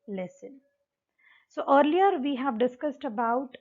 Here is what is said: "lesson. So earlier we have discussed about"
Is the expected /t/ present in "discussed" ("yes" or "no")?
yes